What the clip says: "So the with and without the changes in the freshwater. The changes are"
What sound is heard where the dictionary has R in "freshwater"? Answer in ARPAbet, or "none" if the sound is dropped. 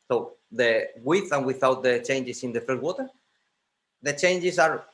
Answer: none